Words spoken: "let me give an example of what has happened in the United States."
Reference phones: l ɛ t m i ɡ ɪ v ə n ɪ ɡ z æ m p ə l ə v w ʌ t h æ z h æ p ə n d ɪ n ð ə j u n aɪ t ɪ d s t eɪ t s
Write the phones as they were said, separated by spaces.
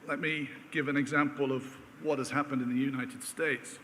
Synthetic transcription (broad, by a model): l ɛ t m i ɡ ɪ v ə n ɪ ɡ z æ m p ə l ə v w ʌ t h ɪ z h æ p ə n d ɪ n ð ə j u n aɪ t ɪ d s t eɪ t s